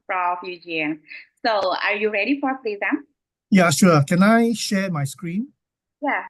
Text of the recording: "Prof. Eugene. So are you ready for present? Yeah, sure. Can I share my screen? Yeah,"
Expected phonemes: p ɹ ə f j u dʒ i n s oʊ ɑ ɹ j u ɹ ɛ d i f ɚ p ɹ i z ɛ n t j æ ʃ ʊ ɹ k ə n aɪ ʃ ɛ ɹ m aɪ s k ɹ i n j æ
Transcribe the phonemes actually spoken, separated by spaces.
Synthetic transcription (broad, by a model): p ɹ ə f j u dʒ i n s oʊ ɑ ɹ j u ɹ ɛ d i f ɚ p l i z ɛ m j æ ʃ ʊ k ə n aɪ ʃ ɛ m aɪ s k ɹ i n j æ